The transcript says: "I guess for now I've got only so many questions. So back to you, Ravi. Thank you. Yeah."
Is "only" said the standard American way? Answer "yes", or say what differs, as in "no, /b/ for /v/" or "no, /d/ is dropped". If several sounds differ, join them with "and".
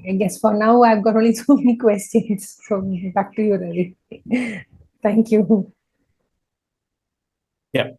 no, /n/ is dropped